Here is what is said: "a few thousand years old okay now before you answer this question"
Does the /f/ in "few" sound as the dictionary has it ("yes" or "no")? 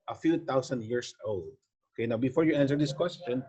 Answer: yes